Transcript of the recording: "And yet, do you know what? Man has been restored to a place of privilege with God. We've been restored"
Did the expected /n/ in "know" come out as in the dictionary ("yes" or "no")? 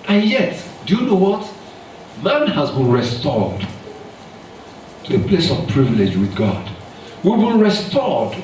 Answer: yes